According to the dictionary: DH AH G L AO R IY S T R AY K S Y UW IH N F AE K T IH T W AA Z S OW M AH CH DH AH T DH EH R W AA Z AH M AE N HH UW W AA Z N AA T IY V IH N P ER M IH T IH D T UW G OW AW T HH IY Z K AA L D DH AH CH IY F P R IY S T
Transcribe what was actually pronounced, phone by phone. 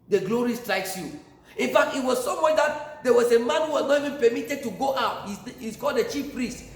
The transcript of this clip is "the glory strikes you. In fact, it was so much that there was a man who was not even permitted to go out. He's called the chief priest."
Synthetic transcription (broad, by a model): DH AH G L AO R IY S T R AY K S Y UW IH N F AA K T IH T W AA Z S OW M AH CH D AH T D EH W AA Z AH M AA N HH UW W AA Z N AA T IY V IH N P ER M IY T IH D T UW G OW AW T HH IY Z K AA L D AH CH IY F P R IY S T